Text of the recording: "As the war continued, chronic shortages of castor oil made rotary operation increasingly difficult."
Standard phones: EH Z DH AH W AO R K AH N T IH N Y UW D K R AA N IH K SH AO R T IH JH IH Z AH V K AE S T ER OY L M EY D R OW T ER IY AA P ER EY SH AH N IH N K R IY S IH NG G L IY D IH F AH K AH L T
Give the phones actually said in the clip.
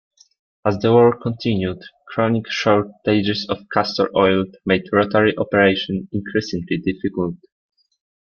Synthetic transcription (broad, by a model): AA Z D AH W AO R K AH N T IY N Y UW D K R AA N IH K SH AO R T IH JH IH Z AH F K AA S T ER OY L M EY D R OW T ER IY AA P ER EY SH AH N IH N K R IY S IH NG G L IY D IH F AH K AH L T